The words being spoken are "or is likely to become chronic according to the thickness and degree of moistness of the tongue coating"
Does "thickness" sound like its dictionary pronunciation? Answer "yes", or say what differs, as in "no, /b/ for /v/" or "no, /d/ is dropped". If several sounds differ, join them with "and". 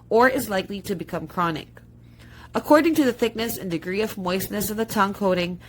yes